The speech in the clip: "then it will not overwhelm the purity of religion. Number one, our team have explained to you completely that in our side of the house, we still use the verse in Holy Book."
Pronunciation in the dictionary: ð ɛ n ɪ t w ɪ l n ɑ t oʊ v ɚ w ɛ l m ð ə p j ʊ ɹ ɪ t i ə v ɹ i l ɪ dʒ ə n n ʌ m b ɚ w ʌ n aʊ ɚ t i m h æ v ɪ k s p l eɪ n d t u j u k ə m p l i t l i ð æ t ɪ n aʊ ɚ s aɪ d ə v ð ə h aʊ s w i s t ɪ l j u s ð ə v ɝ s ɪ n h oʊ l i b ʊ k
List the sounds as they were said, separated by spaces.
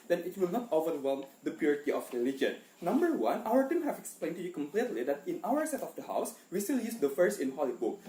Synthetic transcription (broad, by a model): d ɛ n ɪ t w ɪ l n ɑ t oʊ v ɚ w ɛ l m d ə p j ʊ ɹ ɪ t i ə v ɹ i l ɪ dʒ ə n n ʌ m b ɚ w ʌ n aʊ ɚ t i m h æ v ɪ k s p l eɪ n t u j u k ə m p l i t l i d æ t ɪ n aʊ ɚ s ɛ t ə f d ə h aʊ s w i s t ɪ l j u s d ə f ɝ s ɪ n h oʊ l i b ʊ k